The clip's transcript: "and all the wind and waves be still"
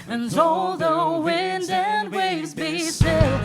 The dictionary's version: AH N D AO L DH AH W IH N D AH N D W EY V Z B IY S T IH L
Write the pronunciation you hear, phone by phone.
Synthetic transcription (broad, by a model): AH N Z AO L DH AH W IH N D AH N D W EY V Z B IY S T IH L